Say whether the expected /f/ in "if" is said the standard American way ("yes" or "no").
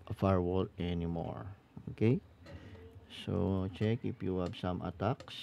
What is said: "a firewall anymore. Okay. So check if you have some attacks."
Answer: no